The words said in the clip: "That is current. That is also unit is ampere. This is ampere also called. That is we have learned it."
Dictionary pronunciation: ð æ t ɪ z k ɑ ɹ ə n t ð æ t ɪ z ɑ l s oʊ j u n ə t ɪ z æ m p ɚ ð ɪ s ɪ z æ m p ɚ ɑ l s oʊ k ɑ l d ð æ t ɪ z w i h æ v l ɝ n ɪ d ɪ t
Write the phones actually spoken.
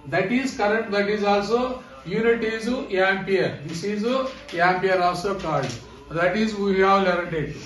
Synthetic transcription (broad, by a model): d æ t ɪ z k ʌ ɹ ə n t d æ t ɪ z ɑ l s oʊ j u n ə t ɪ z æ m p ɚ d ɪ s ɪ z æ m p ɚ ɑ l s oʊ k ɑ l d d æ t ɪ z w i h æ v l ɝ ɪ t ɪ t